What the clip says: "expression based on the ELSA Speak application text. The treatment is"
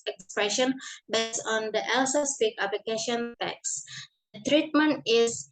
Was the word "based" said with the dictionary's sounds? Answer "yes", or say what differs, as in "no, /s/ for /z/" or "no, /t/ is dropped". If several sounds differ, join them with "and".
no, /t/ is dropped